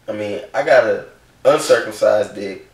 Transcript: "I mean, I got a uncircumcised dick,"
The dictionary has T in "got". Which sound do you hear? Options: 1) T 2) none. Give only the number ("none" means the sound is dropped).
1